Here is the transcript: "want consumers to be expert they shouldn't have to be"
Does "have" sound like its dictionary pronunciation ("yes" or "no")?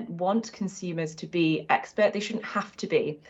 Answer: no